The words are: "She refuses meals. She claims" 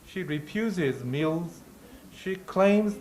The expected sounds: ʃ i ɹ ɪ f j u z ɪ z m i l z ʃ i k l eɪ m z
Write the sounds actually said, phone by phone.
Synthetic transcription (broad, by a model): ʃ i ɹ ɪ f j u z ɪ z m i l z ʃ i k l eɪ m z